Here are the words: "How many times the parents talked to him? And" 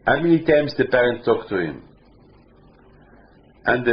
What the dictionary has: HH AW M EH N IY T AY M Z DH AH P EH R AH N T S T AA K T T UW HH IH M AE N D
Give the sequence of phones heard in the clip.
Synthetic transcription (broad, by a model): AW M EH N IY T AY M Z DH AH P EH R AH N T T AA K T T UW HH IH M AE N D